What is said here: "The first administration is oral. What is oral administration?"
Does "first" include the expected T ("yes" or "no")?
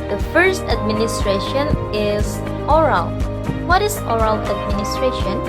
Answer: yes